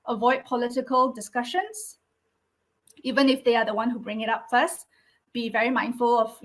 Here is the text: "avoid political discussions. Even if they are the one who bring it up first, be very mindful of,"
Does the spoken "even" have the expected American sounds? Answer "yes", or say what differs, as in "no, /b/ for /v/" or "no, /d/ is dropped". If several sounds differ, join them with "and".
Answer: yes